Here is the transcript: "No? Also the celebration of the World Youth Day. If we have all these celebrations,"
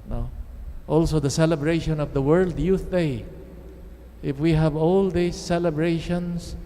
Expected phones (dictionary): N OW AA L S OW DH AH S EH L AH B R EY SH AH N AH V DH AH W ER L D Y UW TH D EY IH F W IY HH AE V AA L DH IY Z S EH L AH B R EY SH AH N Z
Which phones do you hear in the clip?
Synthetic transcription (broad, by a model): N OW AA L S OW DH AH S EH L AH B R EY SH AH N AH V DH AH W ER L D Y UW TH D EY IH F W IY HH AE V AA L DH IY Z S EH L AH B R EY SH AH N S